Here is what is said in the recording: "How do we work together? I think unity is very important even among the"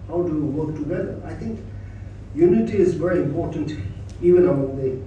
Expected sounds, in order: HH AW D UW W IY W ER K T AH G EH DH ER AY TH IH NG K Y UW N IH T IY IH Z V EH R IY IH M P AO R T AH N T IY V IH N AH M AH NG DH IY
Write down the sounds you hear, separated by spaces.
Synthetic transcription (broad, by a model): HH AW D UW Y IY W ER K T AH G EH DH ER AY T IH NG K Y UW N IH T IY IH Z V EH R IY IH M P AO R T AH N T IY V IH N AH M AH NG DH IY